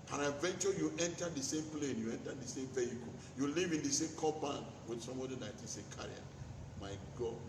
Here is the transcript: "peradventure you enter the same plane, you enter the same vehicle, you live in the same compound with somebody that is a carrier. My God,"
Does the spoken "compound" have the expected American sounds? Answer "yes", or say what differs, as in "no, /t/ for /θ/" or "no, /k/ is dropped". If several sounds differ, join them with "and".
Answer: no, /m/ is dropped